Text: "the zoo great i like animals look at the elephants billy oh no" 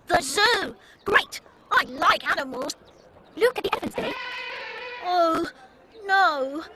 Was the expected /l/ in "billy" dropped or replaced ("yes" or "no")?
yes